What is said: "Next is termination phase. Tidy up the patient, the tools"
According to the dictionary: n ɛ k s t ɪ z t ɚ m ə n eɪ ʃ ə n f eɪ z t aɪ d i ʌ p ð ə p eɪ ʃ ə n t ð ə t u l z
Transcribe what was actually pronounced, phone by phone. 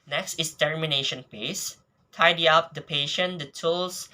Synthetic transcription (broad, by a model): n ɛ k s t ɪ s t ɚ m ə n eɪ ʃ ə n p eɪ s t aɪ d i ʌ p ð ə p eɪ ʃ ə n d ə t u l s